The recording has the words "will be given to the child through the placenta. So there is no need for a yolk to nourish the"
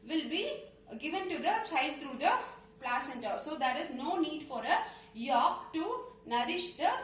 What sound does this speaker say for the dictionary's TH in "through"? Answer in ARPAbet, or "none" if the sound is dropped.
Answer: T